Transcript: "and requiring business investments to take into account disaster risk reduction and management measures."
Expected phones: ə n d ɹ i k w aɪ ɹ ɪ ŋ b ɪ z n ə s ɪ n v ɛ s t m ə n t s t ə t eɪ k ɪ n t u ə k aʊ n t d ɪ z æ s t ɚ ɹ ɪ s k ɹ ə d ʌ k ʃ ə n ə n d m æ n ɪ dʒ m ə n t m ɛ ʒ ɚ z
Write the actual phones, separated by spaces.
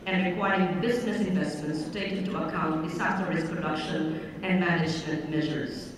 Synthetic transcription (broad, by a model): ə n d ɹ i k w aɪ ɹ ɪ ŋ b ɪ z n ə s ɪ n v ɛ s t m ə n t s t ə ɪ k ɪ n t u ə k aʊ n t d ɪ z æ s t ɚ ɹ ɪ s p ɹ ə d ʌ k ʃ ə n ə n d m æ n ɪ dʒ m ə n t m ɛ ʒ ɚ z